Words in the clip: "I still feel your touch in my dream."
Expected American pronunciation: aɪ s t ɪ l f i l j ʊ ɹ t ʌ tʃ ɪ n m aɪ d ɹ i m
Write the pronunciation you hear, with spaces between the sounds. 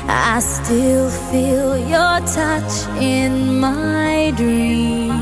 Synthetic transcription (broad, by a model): aɪ s t ɪ l f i l j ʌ ɹ t ʌ tʃ ɪ n m aɪ d ɹ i m